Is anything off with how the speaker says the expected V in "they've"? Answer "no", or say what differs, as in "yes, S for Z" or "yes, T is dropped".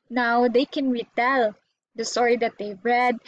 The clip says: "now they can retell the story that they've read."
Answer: yes, B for V